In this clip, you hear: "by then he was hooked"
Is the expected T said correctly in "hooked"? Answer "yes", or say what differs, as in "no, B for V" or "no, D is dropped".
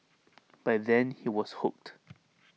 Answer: yes